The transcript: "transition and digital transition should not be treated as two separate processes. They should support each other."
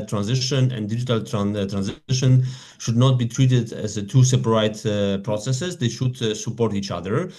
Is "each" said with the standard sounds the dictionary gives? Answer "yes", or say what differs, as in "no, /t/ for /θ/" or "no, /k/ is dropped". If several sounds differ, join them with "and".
yes